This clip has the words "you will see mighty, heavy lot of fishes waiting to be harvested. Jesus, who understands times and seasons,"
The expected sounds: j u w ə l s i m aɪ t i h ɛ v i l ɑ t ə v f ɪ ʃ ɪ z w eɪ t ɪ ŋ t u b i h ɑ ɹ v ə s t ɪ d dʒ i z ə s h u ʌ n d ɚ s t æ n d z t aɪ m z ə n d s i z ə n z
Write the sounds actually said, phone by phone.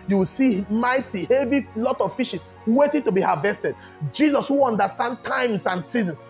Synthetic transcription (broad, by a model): j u w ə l s i m aɪ t i h ɛ v i l ɑ t ə v f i ʃ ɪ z w eɪ t ɪ ŋ t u b i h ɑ v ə s t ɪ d dʒ i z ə s h u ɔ n d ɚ s t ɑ n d t aɪ m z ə n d s i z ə n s